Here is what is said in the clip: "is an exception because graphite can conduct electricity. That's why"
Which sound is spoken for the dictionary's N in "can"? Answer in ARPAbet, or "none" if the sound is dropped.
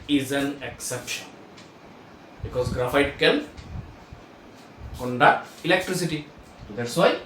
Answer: L